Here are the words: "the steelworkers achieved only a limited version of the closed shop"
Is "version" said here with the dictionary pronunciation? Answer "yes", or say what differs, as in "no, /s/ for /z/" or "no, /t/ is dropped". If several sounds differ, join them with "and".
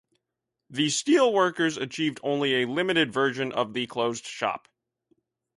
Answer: yes